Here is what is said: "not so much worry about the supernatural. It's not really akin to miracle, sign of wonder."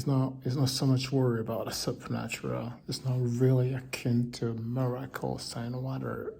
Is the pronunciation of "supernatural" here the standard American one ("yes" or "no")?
yes